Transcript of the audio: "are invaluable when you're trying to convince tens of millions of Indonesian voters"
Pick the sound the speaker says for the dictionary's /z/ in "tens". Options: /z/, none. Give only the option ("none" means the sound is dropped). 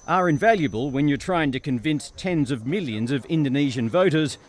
/z/